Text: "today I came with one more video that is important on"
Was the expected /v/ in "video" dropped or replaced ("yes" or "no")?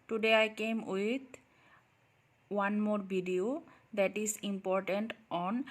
yes